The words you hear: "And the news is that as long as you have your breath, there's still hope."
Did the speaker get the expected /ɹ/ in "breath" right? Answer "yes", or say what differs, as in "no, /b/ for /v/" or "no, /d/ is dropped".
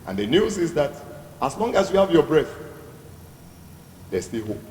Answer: yes